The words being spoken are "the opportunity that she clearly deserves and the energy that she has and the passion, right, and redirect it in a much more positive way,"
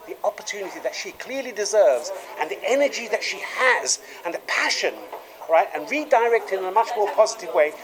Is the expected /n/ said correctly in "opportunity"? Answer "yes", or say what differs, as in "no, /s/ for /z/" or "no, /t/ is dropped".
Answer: yes